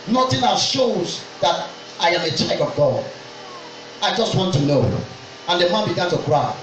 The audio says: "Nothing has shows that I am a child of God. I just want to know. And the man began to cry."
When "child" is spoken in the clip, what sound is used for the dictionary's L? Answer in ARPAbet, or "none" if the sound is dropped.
none